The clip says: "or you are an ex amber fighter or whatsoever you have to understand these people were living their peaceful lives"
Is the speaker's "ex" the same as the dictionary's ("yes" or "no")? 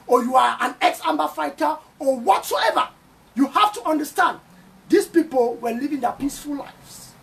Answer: yes